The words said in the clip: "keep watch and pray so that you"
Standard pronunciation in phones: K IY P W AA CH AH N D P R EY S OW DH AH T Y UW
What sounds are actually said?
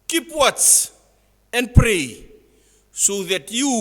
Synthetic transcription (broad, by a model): K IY P W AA S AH N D P R EY S OW DH AH T Y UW